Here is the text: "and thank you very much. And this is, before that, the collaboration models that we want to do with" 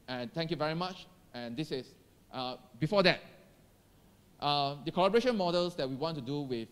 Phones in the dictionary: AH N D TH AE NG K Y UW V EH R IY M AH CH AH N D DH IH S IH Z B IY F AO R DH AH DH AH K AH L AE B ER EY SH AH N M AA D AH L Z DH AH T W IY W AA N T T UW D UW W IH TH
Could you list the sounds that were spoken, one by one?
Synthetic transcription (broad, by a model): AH N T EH NG K Y UW V EH R IY M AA CH AH N D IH S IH S B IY F AO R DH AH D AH K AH L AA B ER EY SH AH N M AA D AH L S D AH T W IY W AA N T T UW D UW W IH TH